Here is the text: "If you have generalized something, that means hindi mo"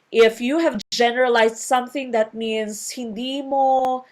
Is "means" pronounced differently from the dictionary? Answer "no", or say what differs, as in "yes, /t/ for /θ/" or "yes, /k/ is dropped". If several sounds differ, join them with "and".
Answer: yes, /s/ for /z/